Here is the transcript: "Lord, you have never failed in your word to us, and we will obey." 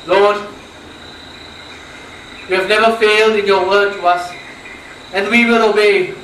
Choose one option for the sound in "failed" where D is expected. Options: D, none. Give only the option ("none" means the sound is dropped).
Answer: D